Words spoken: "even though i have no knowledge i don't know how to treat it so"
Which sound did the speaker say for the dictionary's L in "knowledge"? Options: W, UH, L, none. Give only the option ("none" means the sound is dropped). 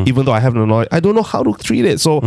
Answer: none